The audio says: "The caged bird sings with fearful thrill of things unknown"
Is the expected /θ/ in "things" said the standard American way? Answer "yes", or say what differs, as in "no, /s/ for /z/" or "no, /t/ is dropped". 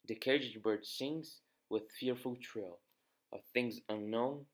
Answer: yes